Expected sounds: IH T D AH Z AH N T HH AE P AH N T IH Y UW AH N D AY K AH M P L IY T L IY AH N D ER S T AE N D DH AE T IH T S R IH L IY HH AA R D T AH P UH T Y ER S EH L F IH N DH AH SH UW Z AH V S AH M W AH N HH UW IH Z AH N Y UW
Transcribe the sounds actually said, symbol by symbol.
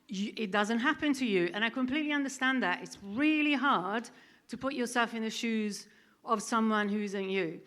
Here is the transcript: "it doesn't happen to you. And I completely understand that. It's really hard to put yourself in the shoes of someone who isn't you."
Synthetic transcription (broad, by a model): IH T D AH Z AH N T HH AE P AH N T IH Y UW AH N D AY K AH M P L IY T L IY AH N D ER S T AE N DH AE T IH T S R IH L IY HH AA R D T AH P UH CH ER S EH L F IH N DH AH SH UW Z AH V S AH M W AH N HH UW IH Z AH N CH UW